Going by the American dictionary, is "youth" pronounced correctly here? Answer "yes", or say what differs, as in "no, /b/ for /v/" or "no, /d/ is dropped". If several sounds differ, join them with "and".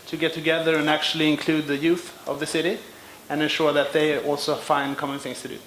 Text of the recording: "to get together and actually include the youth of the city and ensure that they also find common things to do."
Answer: yes